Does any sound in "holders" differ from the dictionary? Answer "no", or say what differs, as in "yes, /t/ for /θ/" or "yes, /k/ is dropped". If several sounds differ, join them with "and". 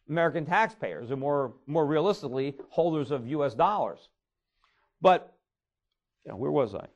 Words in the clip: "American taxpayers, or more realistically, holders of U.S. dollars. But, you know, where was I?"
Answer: no